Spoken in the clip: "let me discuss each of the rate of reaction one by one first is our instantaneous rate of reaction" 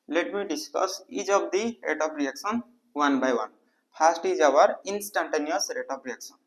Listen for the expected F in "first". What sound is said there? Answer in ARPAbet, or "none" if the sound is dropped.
P